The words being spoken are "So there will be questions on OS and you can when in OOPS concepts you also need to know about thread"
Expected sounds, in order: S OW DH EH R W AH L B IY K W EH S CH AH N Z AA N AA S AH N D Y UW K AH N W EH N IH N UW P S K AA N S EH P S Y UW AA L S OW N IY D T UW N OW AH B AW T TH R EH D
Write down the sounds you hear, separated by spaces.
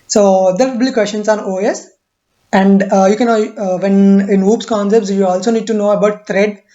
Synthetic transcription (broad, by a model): S OW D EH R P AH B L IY K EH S SH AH N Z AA N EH S AH N D Y UW K AH N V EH N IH N UW P S K AA N S EH P S Y UW AA L S OW N IY D T UW N OW AH B AW T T R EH D